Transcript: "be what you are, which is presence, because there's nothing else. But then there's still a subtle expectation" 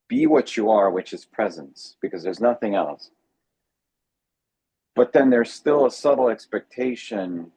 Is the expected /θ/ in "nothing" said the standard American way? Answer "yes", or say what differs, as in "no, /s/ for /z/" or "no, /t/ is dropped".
yes